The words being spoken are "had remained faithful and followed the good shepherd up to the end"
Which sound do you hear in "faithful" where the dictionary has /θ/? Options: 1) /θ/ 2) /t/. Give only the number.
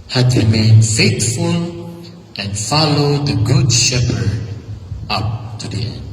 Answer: 2